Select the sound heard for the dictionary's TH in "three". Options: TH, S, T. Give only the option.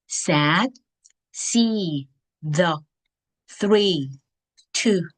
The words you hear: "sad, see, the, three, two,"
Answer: TH